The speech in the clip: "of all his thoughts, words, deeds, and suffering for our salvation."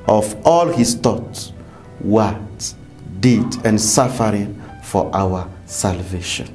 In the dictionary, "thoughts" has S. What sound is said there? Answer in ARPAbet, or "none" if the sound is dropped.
none